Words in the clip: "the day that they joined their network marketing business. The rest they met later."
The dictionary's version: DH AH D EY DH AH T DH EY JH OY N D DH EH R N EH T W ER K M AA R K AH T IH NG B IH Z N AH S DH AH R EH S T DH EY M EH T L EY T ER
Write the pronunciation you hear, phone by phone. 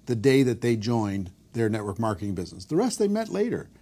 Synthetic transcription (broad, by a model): DH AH D EY DH AH T DH EY JH OY N DH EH R N EH T W ER K M AA R K AH T IH NG B IH Z N AH S DH AH R EH S T DH EY M EH T L EY T ER